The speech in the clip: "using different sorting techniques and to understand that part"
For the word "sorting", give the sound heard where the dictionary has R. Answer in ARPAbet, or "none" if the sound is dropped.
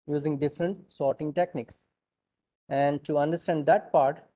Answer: R